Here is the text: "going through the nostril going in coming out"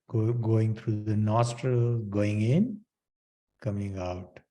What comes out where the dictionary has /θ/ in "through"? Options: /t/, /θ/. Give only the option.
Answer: /t/